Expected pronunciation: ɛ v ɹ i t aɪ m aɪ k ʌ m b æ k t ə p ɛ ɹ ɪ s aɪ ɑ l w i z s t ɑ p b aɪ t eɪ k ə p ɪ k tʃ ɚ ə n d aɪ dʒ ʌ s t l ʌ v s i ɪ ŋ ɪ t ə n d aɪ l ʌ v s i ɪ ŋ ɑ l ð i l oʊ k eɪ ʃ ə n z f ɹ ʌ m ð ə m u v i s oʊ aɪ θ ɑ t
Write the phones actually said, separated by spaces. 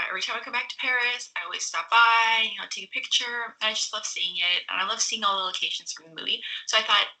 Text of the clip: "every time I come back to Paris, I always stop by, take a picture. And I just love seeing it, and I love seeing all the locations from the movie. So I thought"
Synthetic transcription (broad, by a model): ɛ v ɹ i t aɪ m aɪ k ʌ m b æ k t ə p ɛ ɹ ɪ s aɪ ɑ l w i z s t ɑ p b aɪ t eɪ k ə p ɪ k tʃ ɚ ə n aɪ dʒ ʌ s t l ʌ v s i ɪ ŋ ɪ t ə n aɪ l ʌ v s i ɪ ŋ ɑ l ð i l oʊ k eɪ ʃ ə n z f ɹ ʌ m ð ə m u v i s oʊ aɪ θ ɑ t